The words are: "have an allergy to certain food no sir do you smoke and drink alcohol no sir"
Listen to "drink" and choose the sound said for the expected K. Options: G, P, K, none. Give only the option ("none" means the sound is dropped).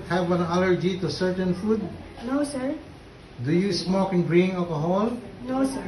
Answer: none